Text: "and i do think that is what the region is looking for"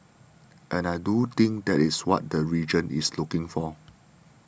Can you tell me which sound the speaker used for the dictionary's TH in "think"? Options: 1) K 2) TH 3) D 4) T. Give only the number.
4